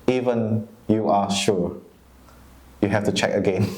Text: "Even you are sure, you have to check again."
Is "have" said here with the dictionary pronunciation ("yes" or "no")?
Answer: no